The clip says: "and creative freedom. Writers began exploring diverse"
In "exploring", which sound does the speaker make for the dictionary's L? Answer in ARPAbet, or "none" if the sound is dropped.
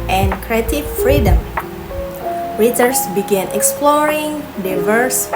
L